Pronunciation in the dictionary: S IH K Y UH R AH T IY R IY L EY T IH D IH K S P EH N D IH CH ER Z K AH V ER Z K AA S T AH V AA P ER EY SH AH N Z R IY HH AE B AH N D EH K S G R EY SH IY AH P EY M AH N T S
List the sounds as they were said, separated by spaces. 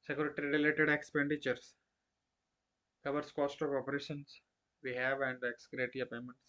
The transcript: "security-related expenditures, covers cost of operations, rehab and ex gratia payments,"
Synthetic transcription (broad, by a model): S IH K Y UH R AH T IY R IY L EY T IH D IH K S P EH N D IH CH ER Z K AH V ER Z K AA S T AH V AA P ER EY SH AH N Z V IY HH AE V AH N D EH K S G R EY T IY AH P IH M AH N T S